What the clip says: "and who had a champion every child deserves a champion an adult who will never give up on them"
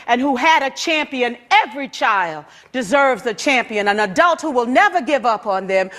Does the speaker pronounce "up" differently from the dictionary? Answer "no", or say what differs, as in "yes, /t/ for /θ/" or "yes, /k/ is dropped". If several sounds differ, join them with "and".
no